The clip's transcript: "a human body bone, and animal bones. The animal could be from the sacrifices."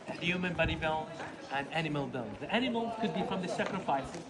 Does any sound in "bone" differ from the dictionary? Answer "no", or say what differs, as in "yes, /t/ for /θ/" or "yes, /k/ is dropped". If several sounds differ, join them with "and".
yes, /l/ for /n/